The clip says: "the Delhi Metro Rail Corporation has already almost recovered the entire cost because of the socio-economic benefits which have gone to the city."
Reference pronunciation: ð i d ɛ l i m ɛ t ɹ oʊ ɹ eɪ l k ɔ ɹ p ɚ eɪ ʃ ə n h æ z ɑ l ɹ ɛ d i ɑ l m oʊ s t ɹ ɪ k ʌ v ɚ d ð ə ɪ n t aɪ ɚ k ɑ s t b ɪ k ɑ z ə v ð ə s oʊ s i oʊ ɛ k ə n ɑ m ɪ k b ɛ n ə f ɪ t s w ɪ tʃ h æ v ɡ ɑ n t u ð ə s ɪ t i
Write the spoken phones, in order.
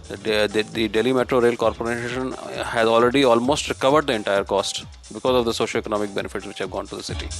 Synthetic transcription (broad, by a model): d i d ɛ l i m ɛ t ɹ oʊ ɹ eɪ l k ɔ ɹ p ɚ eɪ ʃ ə n h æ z ɑ l ɹ ɛ d i ɑ l m oʊ s t ɹ ɪ k ʌ v ɚ d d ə ɪ n t aɪ ɚ k ɑ s t b ɪ k ɑ z ə v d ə s oʊ ʃ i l ɛ k ə n ɑ m ɪ k b ɛ n ə f ɪ t s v ɪ tʃ h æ v ɡ ɑ n t u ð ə s ɪ t i